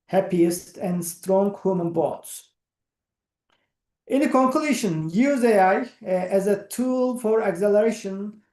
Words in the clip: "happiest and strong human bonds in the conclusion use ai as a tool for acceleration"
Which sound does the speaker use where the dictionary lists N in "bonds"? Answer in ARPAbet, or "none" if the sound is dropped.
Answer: none